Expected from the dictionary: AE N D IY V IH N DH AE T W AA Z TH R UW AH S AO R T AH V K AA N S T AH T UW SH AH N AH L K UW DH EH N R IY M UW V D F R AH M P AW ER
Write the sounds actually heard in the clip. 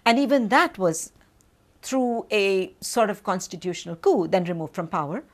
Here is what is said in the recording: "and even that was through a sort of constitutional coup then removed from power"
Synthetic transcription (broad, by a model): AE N D IY V IH N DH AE T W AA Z T R UW AH S AO R T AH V K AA N S T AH T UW SH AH N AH L K UW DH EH N R IY M UW V D F R AH M P AW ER